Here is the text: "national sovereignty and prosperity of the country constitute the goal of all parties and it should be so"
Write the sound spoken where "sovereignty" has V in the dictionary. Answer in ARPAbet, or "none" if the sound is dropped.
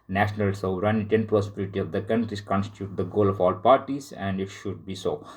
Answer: none